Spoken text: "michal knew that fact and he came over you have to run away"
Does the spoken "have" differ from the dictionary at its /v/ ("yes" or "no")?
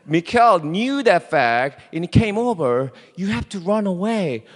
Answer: yes